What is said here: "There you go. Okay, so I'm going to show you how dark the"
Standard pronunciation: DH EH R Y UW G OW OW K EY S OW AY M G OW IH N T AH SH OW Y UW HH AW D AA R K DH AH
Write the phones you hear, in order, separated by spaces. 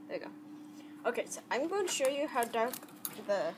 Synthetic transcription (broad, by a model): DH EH G OW OW K EY S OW AY M G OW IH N T AH SH OW Y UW HH AW D AA R K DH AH